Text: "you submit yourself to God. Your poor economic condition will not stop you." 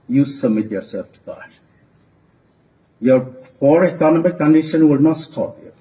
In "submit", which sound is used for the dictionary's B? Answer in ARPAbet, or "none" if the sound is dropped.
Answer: none